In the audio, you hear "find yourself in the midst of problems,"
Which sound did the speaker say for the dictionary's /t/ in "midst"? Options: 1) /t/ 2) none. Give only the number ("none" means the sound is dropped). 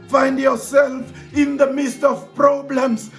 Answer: 1